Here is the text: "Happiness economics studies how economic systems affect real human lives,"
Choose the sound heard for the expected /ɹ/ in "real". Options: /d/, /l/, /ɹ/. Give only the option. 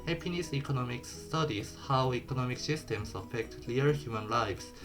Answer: /l/